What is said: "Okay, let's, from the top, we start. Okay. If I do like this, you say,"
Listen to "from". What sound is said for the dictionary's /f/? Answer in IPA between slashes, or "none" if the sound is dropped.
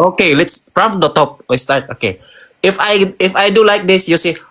/p/